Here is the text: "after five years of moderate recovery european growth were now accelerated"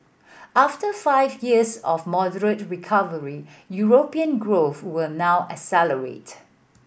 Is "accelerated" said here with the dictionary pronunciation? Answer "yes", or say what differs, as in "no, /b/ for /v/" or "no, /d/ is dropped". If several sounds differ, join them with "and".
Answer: no, /k/ is dropped